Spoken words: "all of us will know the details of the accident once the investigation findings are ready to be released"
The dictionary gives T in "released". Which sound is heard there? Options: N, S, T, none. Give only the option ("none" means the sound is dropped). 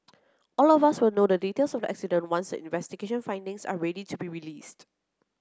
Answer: T